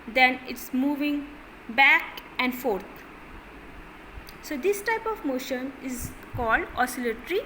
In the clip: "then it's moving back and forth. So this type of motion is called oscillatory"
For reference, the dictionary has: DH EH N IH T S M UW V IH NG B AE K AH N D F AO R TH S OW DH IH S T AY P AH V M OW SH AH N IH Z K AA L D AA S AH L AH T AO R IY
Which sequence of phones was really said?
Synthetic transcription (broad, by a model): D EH N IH T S M UW V IH NG B AE K AH N D F AO R T S OW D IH S T AY P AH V M OW SH AH N IH Z K AA L D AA S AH L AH T R IY